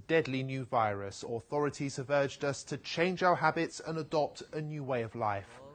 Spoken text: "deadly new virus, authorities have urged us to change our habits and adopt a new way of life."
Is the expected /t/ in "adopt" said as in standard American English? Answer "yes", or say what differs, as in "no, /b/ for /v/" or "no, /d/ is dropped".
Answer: yes